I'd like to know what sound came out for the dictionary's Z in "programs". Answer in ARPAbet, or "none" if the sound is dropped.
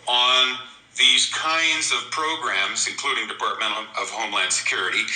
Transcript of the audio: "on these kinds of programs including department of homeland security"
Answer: Z